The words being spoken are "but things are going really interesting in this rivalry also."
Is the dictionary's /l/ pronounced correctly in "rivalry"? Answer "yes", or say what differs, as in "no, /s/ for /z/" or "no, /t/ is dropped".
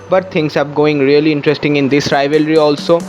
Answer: yes